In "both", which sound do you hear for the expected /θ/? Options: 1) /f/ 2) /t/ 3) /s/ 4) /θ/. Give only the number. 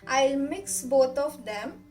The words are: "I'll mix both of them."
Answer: 2